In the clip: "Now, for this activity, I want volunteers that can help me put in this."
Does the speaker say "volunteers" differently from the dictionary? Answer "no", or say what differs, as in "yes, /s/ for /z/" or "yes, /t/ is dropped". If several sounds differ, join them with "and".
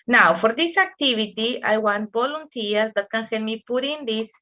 yes, /b/ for /v/